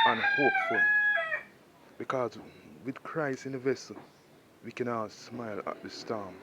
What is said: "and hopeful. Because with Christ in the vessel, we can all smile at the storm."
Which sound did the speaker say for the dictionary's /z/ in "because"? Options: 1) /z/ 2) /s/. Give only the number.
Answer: 1